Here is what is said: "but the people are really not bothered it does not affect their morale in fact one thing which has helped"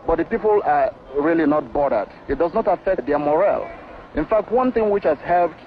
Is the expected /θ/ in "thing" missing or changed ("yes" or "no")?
no